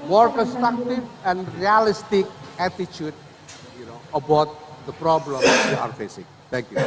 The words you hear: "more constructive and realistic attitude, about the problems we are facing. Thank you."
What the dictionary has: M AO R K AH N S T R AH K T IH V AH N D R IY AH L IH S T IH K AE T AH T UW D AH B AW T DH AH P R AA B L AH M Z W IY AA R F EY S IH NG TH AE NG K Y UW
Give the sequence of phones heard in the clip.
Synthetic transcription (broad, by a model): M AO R K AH N S T R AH K T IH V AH N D R IY AH L IH S T IH K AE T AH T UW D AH B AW T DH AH P R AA B L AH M W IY AA R F EY S IH NG T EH NG K Y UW